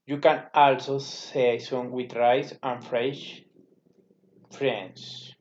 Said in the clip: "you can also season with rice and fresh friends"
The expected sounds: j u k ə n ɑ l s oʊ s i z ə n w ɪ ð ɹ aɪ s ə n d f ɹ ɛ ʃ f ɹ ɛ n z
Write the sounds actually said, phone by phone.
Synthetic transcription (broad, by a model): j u k ə n ɑ l s oʊ s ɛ s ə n w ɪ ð ɹ aɪ s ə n f ɹ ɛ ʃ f ɹ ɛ n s